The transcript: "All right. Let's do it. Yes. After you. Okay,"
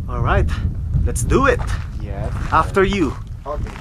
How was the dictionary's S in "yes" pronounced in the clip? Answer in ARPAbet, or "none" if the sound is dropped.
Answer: none